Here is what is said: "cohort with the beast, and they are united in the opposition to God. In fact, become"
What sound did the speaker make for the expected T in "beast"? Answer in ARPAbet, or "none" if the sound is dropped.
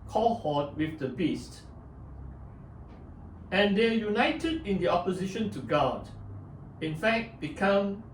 T